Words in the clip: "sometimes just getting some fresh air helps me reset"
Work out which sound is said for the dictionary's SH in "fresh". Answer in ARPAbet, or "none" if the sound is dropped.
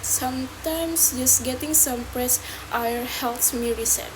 S